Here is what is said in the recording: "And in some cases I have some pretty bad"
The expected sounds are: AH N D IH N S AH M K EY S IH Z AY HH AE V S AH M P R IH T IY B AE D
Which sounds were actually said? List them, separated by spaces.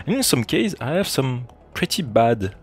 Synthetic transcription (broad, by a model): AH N IH N S AH M K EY IH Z AY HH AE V S AH M P R IH T IY B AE D